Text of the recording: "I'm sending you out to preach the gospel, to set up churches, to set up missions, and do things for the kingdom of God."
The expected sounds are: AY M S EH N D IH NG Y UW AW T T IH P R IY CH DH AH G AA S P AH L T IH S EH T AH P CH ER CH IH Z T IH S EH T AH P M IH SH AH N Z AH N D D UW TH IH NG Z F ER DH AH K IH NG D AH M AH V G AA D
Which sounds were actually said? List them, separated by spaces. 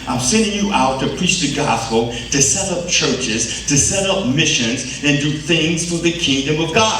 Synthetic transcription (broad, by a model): AY M S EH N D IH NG Y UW AW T T IH P R IY CH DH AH G AA S P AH L T IH S EH T AH P CH ER CH IH Z T IH S EH T AH P M IH SH AH N Z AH N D D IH TH IH NG Z F ER DH AH K IH NG D AH M AH V G AA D